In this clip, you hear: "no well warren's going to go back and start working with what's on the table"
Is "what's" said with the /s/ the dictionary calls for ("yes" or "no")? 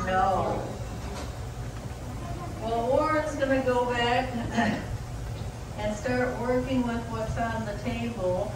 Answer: yes